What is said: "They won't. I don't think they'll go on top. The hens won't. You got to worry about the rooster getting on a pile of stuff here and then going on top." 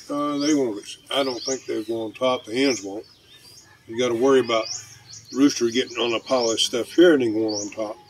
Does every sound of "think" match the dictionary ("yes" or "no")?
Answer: yes